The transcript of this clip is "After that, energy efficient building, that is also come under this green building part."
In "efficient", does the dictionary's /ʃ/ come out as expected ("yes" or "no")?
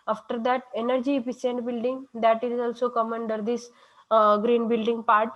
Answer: no